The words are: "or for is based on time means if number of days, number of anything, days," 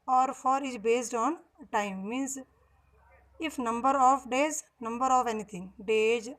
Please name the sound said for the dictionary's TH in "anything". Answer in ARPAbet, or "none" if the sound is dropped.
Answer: T